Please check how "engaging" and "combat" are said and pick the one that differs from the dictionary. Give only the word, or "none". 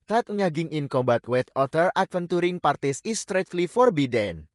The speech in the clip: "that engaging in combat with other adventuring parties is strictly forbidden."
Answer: engaging